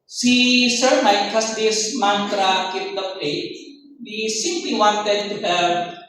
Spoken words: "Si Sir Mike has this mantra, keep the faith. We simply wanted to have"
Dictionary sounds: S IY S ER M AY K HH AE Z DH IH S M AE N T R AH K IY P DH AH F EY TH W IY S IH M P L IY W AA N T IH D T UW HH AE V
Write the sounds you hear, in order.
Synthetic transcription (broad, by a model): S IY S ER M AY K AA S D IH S M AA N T R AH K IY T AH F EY T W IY S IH M P L IY W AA N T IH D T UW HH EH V